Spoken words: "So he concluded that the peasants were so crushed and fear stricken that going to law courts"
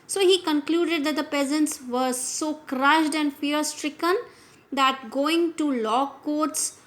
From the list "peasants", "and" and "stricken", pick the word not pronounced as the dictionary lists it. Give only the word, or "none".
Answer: none